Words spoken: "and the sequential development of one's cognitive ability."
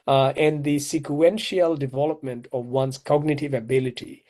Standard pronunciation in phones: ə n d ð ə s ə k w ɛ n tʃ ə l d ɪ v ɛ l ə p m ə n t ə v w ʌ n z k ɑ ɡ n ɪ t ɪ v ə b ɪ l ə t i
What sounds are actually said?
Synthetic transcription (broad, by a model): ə n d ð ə s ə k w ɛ n ʃ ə l d ɪ v ɛ l ə p m ə n t ə v w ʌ n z k ɑ ɡ n ɪ t ɪ v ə b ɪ l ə t i